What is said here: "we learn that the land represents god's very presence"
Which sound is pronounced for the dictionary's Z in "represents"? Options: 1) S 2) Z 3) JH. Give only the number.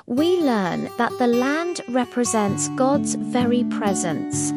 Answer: 2